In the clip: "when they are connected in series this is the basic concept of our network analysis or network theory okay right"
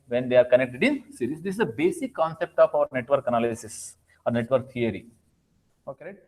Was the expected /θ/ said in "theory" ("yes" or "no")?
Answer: no